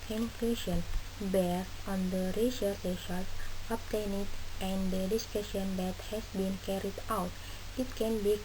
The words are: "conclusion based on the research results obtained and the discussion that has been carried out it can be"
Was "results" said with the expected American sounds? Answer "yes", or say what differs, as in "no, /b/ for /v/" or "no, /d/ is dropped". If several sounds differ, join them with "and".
no, /l/ is dropped